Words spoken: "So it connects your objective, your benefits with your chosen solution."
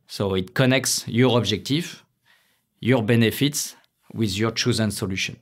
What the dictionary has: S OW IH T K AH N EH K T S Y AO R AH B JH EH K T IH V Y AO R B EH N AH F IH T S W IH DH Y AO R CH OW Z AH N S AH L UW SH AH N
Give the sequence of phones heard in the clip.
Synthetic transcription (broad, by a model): S OW IH T K AH N EH K T S Y AO R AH B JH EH K T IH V Y AO R B EH N AH F IH T S W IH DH Y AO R CH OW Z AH N S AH L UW SH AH N